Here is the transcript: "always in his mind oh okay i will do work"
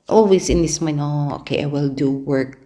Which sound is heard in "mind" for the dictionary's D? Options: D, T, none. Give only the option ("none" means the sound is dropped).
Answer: none